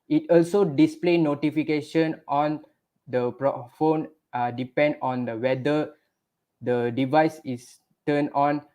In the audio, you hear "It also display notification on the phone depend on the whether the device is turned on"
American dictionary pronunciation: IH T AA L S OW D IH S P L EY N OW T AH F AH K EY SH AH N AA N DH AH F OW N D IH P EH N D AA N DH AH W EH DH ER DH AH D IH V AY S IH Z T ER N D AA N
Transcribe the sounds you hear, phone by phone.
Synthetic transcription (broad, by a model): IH T AA L S OW D IH S P L EY N OW T AH F AH K EY SH AH N AA N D AH F OW N D IH P EH N D AA N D AH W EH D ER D AH D IH V AY S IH S T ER N AA N